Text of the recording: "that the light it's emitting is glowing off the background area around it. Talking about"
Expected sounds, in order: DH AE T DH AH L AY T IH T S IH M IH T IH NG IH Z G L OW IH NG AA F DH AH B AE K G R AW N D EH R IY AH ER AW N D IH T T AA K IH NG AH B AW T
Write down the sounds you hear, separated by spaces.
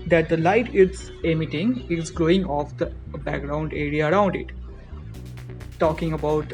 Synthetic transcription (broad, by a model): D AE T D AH L AY T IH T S IH M IH T IH NG IH Z G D OW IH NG AA F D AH B AE K G R AW N D EH R IY AH ER AW N D IH T T AA K IH NG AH B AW T